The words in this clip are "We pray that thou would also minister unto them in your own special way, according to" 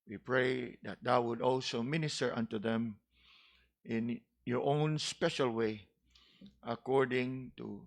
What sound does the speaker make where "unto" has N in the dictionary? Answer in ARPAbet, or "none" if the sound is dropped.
N